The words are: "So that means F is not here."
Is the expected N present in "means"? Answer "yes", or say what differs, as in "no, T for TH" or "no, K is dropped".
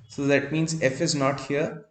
yes